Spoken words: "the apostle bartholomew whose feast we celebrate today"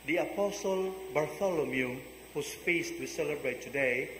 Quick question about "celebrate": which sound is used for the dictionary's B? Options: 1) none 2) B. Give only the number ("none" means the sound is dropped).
2